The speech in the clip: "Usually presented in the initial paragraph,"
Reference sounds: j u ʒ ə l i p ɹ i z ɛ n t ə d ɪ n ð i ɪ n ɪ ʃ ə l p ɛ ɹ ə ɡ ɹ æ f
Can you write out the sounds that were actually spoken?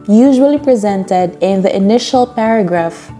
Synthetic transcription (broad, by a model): j u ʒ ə l i p ɹ i z ɛ n t ə d ɪ n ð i ɪ n ɪ ʃ ə l p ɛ ɹ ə ɡ ɹ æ f